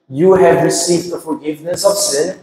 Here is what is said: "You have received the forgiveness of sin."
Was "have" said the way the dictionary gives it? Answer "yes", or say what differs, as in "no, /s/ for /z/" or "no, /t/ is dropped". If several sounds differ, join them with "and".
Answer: yes